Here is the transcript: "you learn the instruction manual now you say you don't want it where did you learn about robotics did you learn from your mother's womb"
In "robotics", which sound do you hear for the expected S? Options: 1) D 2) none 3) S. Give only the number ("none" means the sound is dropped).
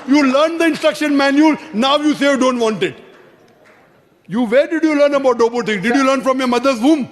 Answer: 2